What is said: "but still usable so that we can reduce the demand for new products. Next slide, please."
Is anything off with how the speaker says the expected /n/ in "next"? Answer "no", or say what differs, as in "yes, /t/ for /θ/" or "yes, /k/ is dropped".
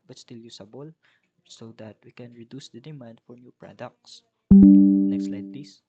yes, /l/ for /n/